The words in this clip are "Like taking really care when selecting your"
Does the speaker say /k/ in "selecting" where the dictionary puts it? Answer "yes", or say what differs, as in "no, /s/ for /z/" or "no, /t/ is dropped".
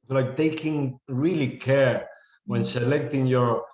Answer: yes